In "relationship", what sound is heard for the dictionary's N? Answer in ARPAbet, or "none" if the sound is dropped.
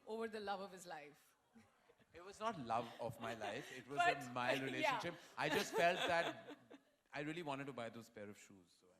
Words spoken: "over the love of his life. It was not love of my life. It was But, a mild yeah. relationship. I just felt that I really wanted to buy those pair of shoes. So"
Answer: none